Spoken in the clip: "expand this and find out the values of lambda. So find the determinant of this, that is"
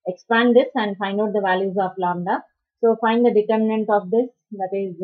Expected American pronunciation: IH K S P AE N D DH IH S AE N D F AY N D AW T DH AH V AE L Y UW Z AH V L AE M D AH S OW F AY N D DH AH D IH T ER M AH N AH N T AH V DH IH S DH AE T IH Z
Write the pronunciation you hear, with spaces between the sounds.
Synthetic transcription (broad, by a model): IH K S P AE N D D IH S AE N D F AY N D AW T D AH V AE L Y UW Z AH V L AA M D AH S OW F AY N D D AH D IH T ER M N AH N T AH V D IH S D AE T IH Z